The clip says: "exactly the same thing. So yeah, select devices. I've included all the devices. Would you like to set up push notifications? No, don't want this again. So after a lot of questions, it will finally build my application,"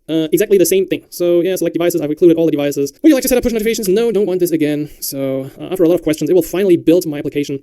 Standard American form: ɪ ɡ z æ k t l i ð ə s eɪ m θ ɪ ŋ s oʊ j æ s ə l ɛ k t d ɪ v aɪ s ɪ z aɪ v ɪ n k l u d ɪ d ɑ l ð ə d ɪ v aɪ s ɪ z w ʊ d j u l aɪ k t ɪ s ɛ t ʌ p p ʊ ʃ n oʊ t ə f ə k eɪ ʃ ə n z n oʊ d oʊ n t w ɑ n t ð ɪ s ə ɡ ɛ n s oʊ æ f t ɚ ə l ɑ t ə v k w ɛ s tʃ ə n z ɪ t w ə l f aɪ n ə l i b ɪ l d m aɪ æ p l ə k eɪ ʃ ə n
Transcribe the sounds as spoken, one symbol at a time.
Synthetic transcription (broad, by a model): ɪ ɡ z æ k t l i ð ə s eɪ m θ ɪ ŋ s oʊ j æ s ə l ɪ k d ɪ v aɪ s ɪ z aɪ v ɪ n k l u d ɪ d ɑ l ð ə d ɪ v aɪ s ɪ z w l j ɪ l aɪ k t ɪ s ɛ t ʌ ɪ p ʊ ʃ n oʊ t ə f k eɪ ə n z n oʊ d oʊ n t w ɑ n ð ɪ s ə ɡ ɛ n s oʊ æ f t ɚ ə l ɑ t ə v k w ɛ s tʃ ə n z ɪ t w ə l f aɪ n l i b ɪ l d m aɪ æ p l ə k eɪ ʃ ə n